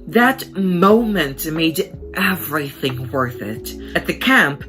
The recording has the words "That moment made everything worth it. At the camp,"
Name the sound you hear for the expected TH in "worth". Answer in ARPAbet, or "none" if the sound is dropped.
TH